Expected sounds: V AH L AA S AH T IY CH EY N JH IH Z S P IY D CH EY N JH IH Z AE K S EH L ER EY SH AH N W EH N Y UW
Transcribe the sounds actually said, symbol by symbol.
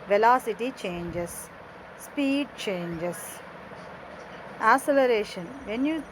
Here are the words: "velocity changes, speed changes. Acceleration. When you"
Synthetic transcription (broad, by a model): V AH L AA S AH T IY CH EY N JH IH S P IY D CH EY N JH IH S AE S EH L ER EY SH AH N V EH N Y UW